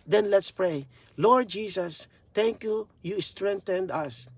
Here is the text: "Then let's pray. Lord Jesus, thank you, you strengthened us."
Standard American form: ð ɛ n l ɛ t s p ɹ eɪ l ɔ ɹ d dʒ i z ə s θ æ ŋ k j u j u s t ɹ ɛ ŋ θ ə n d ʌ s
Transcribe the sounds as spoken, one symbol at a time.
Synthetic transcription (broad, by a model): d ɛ n l ɛ t s p ɹ eɪ l ɔ ɹ d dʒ i s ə s t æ ŋ k j u j u s t ɹ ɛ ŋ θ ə n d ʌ s